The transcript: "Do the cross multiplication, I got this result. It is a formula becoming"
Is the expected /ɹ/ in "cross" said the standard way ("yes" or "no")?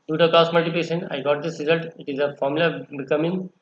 no